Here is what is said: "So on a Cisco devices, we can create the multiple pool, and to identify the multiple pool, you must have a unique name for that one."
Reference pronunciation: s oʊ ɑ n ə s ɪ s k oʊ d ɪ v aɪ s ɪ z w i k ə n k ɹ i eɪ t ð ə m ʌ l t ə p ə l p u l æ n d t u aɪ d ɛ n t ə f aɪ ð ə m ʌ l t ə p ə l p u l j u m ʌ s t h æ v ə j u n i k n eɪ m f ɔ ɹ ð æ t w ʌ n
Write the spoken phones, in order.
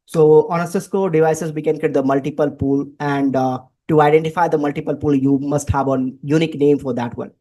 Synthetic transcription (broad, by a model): s oʊ ɑ n ə s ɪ s k oʊ d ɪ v aɪ s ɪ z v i k ə n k i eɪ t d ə m ʌ l t ə p ə l p u l æ n d t u aɪ d ɛ n t ə f aɪ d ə m ʌ l t ə p ə l p u l j u m ʌ s t h æ v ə j u n i k n eɪ m f ɔ ɹ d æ t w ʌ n